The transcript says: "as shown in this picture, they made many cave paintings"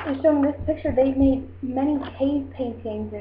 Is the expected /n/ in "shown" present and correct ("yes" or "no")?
no